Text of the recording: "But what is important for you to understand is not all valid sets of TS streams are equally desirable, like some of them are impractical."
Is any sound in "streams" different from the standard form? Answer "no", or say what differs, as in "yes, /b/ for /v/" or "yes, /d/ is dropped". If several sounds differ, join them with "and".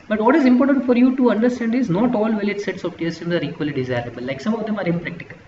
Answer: yes, /ɹ/ is dropped